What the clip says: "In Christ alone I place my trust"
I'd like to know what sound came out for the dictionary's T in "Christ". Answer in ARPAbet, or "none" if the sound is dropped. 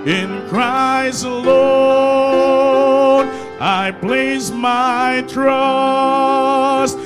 none